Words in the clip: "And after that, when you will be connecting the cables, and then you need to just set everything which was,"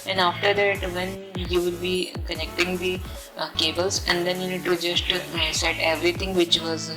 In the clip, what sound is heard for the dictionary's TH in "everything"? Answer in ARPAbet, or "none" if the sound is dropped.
T